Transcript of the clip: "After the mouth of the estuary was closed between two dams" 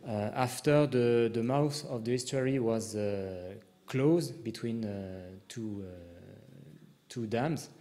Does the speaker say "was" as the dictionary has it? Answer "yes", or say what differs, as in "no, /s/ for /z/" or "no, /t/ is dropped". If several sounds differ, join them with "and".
yes